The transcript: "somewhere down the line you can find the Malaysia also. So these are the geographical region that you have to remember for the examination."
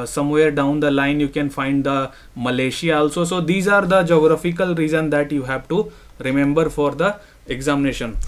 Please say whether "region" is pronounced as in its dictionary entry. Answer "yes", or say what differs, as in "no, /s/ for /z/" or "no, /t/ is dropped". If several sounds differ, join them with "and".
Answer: no, /z/ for /dʒ/